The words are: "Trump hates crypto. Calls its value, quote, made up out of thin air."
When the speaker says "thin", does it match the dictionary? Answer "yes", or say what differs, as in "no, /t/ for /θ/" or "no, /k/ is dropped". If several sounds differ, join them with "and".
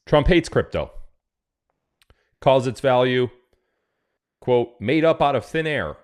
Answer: yes